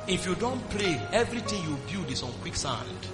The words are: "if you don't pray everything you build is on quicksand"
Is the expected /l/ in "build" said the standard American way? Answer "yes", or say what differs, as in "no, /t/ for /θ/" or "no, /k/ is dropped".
no, /l/ is dropped